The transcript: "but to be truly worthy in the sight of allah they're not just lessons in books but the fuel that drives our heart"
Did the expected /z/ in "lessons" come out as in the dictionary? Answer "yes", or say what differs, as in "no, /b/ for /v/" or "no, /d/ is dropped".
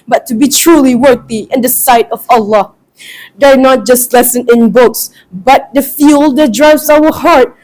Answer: no, /z/ is dropped